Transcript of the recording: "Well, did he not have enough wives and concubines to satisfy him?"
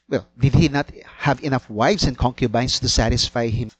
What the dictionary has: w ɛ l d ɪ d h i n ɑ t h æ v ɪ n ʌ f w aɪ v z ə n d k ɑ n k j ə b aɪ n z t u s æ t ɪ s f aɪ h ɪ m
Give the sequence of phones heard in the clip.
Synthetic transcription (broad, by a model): w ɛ l d ɪ d h i n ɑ t h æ v ɪ n ʌ f w aɪ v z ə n k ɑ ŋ k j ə b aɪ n s t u s æ t ɪ s f aɪ h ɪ m